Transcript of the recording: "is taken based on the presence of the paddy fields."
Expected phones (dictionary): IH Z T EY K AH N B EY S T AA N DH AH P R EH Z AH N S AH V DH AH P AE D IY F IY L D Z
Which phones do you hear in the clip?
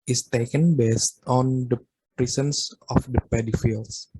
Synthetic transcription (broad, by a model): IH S T EY K AH N B EY S T AA N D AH P R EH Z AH N S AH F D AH P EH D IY F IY L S